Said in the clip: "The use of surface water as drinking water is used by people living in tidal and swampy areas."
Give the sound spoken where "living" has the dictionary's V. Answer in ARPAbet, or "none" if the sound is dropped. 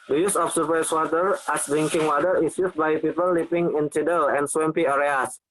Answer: P